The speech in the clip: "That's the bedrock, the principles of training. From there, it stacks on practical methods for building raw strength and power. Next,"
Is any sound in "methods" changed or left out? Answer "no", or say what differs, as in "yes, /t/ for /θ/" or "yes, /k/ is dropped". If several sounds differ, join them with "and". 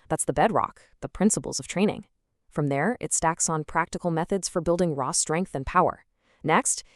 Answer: no